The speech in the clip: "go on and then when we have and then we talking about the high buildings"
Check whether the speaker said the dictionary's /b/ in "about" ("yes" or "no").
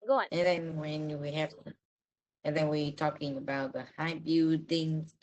yes